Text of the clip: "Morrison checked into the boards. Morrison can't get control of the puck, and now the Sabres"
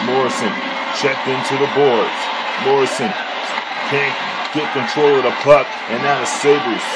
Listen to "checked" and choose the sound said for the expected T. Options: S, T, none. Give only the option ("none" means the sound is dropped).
T